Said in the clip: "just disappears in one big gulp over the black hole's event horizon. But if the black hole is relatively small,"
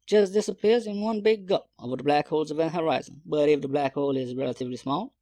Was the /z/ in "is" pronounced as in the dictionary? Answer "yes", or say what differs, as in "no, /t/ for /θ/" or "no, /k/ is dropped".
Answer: yes